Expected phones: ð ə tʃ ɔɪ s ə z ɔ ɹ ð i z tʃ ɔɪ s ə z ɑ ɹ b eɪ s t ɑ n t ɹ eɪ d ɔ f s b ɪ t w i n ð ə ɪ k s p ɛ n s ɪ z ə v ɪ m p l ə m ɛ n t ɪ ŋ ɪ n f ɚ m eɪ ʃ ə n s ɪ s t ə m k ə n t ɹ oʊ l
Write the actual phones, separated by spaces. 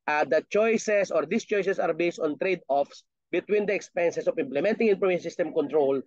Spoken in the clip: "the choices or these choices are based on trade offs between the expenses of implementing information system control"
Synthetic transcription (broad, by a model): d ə tʃ ɔɪ s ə s ɔ ɹ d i s tʃ ɔɪ s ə s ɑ ɹ b eɪ s t ɑ n t ɹ eɪ d ɔ f s b ɪ t w i n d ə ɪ k s p ɛ n s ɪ s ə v ɪ m p l ə m ɛ n t ɪ ŋ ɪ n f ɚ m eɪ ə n s ɪ s t ə m k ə n t ɹ oʊ l